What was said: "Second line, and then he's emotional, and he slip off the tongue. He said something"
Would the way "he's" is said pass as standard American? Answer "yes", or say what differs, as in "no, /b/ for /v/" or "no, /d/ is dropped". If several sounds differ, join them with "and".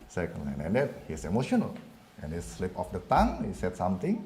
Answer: no, /s/ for /z/